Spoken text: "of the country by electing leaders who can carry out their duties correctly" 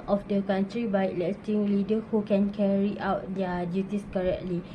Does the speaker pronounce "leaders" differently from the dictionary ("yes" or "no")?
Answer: yes